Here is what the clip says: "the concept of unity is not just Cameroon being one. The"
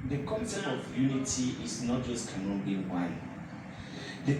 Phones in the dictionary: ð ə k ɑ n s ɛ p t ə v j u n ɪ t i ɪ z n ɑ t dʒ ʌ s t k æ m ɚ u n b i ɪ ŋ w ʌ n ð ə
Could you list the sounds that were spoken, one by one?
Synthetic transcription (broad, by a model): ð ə k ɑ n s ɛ t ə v j u n ɪ t i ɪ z n ɑ t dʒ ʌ s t k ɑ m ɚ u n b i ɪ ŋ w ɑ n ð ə